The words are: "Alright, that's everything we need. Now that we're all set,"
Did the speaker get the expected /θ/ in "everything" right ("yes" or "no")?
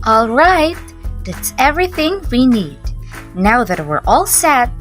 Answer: yes